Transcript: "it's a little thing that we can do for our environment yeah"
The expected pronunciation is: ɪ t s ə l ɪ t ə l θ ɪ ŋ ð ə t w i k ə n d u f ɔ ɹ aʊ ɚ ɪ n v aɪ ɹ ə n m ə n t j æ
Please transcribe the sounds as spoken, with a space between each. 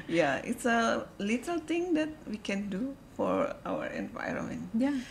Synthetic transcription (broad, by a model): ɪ t s ə l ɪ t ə l t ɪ ŋ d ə t w i k ə n d u f ɔ ɹ aʊ ɚ ɪ n v aɪ ɹ ə n m ə n t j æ